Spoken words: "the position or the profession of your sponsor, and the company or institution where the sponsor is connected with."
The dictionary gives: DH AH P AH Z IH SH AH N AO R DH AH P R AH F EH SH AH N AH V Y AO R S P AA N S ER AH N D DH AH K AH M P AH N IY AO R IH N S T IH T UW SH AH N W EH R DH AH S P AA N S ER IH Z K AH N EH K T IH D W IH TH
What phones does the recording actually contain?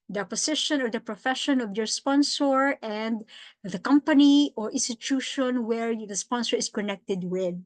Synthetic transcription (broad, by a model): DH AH P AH S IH SH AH N AO R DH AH P R AH F EH SH AH N AH V Y AO R S P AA N S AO AH N D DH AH K AH M P AH N IY AO R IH N S T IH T UW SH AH N W EH R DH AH S P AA N S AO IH S K AH N EH K T IH D W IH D